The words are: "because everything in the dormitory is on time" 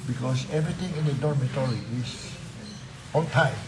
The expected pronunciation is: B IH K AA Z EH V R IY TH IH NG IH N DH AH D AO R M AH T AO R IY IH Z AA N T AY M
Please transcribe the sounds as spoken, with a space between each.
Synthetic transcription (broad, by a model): B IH K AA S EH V R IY T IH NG IH N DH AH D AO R M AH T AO R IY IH S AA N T AY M